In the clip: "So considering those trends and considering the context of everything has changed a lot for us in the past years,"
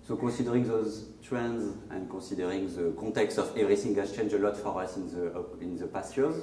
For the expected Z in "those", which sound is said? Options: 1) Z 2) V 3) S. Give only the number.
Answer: 1